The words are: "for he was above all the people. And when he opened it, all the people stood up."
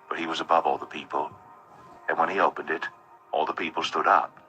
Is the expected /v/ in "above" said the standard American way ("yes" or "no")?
yes